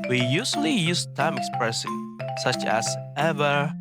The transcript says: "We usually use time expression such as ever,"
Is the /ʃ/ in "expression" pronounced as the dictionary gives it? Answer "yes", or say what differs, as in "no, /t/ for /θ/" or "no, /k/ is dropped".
no, /s/ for /ʃ/